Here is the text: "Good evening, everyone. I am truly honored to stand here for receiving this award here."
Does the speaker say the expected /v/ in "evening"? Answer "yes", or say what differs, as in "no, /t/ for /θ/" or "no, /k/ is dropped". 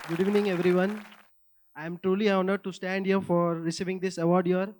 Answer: yes